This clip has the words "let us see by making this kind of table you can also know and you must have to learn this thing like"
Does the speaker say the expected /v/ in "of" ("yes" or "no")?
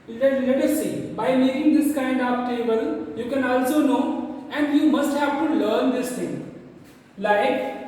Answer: no